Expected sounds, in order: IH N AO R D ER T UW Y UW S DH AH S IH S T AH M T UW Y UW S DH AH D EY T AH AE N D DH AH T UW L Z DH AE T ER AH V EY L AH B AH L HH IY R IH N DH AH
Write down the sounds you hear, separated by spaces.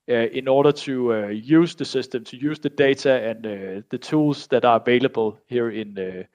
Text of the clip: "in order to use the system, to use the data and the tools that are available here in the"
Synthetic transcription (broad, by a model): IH N AO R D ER S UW Y UW S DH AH S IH S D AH M S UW Y UW S DH AH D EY S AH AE N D DH AH S UW L S DH AE T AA AH V EY L AH B AH L HH IY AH IH N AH